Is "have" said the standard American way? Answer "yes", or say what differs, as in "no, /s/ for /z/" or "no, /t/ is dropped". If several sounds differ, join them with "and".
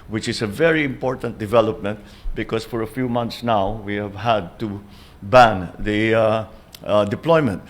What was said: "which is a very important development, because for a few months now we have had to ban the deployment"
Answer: yes